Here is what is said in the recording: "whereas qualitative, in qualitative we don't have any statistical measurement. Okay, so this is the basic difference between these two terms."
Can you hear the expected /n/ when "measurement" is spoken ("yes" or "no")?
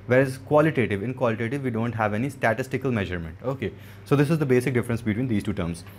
yes